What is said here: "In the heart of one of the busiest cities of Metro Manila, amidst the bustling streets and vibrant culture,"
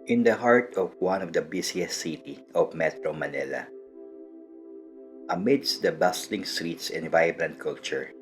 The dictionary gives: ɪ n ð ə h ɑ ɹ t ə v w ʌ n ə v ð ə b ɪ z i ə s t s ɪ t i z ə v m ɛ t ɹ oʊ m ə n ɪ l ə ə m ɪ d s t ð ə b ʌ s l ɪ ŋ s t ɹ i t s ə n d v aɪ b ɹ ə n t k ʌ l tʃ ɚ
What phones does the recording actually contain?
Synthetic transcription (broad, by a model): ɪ n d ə h ɑ ɹ t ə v w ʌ n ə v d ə b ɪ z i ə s s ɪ t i ə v m ɛ t ɹ oʊ m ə n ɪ l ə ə m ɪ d s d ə b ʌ s l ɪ ŋ s t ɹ i t s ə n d v aɪ b ɹ ə n t k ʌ l tʃ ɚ